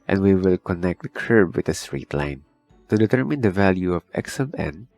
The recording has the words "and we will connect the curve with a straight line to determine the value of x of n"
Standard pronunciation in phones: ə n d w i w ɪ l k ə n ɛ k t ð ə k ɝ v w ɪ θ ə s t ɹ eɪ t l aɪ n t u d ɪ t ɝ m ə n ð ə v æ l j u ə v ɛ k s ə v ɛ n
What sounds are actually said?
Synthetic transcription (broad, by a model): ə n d w i w ɪ l k ə n ɛ k t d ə k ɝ b w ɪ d ə s t ɹ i t l aɪ n t u d ɪ t ɝ m ə n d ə v æ l j u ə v ɛ k s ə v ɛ n